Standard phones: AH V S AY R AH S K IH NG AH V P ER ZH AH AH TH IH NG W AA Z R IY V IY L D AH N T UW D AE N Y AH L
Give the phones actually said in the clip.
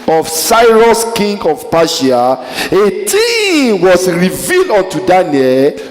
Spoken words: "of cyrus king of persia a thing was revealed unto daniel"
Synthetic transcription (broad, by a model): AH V S AY R AH S K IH NG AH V P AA SH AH AH T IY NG W AA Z R IY V IY L D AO N T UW D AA N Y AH L